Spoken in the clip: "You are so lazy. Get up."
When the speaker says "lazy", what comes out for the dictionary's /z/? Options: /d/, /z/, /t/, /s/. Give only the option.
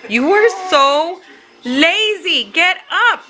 /z/